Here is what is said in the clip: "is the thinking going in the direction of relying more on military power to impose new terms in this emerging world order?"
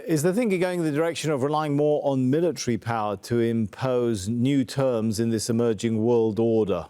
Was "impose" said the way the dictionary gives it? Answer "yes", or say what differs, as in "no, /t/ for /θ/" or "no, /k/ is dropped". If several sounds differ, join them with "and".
yes